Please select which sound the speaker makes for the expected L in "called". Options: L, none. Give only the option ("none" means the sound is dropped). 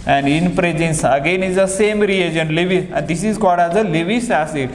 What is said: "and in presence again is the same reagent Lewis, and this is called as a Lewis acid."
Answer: none